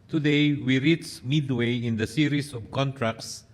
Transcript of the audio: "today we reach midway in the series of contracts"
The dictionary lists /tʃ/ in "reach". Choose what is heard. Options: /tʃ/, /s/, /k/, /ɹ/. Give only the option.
/s/